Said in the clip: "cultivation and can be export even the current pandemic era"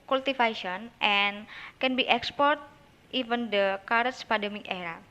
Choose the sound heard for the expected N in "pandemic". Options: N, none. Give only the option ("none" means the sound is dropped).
none